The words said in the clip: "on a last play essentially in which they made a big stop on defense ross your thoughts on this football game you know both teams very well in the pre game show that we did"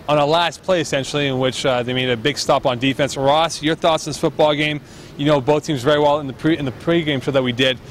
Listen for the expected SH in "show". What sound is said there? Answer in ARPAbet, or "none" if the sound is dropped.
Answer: S